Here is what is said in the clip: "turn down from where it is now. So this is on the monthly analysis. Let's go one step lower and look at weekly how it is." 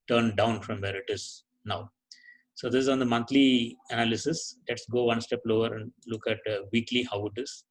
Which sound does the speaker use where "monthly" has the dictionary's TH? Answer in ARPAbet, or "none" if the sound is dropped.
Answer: T